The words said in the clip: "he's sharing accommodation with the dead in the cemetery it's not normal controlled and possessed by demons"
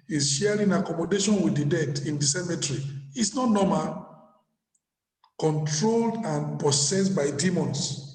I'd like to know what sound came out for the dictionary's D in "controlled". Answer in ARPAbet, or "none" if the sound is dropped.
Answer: D